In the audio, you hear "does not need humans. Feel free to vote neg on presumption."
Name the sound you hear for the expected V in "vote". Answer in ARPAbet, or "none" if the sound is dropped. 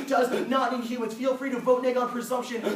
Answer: V